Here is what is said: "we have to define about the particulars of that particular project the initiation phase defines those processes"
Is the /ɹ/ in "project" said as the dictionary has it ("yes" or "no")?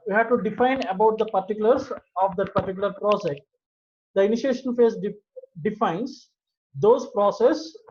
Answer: yes